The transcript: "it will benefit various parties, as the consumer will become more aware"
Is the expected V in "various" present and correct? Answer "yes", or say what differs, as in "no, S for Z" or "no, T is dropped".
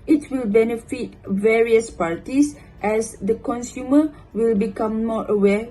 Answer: yes